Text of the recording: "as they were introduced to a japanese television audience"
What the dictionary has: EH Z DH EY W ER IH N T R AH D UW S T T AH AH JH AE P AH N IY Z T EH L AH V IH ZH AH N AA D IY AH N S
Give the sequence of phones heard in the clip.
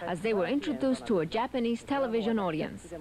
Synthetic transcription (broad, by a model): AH Z DH EY W ER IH N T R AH D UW S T T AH AH JH AE P AH N IY Z T EH L AH V IH ZH AH N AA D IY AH N S